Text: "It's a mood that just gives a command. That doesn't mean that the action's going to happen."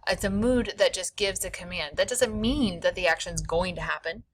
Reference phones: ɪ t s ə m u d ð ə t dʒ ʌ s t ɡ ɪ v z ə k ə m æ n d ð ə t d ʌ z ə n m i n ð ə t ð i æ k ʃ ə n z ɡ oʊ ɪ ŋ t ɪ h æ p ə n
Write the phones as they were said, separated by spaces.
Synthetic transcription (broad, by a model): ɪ t s ə m u d ð ə t ʒ ʌ s ɡ ɪ v z ə k ə m æ n d ð ə t d ʌ z ə n m i n ð ə t ð i æ k ʃ ə n z ɡ oʊ ɪ ŋ t ɪ h æ p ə n